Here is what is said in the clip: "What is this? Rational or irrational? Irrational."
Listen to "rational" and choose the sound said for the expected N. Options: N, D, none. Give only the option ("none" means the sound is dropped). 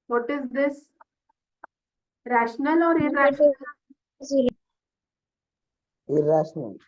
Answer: N